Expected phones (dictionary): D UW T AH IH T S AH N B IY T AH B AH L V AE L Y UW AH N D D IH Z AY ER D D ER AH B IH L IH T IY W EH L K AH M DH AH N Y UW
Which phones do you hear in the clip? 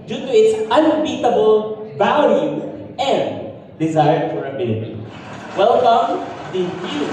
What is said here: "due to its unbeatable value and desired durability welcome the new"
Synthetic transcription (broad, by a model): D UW T AH IH T S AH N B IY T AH B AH L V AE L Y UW AH N D D IH Z AY ER D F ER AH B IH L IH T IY W EH L K AH M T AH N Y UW